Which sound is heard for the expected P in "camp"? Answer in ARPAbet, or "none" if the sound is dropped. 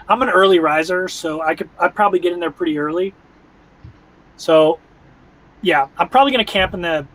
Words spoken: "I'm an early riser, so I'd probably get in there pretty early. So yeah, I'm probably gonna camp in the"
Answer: P